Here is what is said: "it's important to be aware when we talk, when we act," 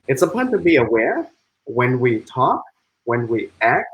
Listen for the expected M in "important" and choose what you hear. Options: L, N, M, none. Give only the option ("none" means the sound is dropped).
none